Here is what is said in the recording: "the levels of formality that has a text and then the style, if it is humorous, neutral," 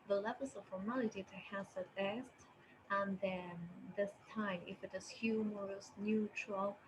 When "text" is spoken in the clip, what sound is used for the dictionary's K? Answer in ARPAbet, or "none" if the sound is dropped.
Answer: none